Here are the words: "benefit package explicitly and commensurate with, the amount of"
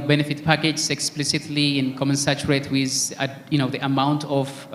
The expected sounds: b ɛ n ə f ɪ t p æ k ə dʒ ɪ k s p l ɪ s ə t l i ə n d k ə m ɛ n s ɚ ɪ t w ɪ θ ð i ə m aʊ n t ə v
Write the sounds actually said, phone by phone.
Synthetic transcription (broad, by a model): b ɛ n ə f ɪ t p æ k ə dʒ ɪ k s p l ɪ s ə t l i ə n k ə m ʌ n s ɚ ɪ t w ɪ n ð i ə m aʊ n t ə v